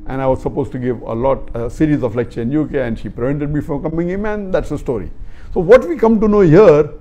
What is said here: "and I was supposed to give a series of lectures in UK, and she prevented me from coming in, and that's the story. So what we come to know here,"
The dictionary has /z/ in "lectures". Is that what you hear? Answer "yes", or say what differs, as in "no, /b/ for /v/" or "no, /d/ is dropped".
no, /z/ is dropped